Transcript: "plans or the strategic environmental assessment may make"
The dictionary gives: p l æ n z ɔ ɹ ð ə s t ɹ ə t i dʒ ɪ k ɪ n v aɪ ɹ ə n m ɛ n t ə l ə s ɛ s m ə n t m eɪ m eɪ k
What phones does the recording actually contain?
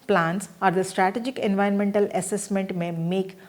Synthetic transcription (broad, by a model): p l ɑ n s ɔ ɹ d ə s t ɹ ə t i dʒ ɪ k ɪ n v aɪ ə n m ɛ n t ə l ə s ɛ s m ə n t m eɪ m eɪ k